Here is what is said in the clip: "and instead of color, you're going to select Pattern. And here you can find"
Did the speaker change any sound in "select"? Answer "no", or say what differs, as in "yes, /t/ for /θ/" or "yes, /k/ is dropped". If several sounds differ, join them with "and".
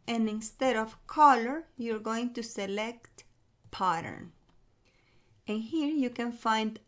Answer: no